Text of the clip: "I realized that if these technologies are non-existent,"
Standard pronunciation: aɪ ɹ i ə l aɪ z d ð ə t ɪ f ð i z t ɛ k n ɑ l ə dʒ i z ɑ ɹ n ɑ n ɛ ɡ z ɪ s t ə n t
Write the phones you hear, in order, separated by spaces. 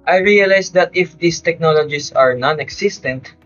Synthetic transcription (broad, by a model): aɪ ɹ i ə l aɪ s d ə t ɪ f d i s t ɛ k n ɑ l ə dʒ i s ɑ ɹ n ɑ n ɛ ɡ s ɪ s t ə n t